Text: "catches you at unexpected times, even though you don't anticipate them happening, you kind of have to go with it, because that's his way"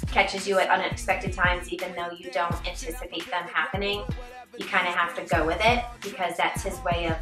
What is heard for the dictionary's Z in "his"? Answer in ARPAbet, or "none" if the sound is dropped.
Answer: Z